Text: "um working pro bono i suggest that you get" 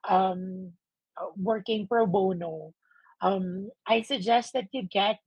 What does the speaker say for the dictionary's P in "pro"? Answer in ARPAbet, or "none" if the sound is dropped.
P